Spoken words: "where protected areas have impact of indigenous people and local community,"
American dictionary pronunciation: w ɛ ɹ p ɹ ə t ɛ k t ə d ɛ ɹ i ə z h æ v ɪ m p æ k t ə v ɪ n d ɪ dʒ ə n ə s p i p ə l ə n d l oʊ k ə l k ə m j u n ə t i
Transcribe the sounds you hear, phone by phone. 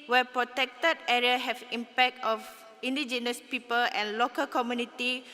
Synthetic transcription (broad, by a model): w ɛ p ɹ ə t ɛ k t ə d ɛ ɹ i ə h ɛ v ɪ m p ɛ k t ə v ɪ n d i dʒ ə n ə s p i p ə l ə n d l oʊ k ə l k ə m j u n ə t i